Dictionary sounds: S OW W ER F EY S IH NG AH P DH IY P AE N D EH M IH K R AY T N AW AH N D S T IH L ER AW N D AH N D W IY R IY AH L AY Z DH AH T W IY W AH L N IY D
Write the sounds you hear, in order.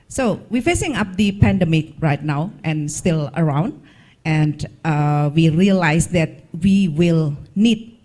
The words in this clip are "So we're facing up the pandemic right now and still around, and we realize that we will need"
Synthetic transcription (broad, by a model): S OW W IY F EY S IH NG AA P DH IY P AE N D EH M IH K R AY T N AW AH N S T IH L ER AW N D AH N D W IY R IY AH L AY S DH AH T W IY W AH L N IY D